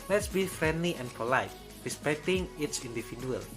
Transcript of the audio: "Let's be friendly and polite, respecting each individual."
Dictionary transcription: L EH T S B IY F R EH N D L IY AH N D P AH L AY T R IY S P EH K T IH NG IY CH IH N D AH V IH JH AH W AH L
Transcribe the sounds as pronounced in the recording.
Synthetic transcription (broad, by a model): L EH T S B IY F R EH N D L IY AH N P AH L AY T R IY S P EH K T IH NG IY S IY N D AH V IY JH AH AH L